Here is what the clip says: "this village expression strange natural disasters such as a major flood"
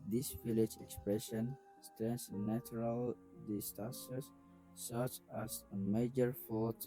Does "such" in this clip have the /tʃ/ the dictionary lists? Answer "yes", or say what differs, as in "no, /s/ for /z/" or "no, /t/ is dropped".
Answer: yes